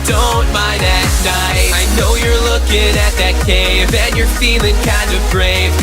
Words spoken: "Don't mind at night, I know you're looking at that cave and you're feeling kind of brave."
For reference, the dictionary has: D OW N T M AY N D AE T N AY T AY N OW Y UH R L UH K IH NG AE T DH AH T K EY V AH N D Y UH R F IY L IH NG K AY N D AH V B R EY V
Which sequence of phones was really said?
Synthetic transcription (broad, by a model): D OW N T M AY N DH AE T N AY AY N OW Y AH R L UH K IH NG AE T DH AH T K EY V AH N Y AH R F IY L IH NG K AY N D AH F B R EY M